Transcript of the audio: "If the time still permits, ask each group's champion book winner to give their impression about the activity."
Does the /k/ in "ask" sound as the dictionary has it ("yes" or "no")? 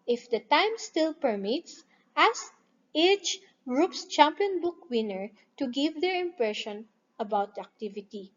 no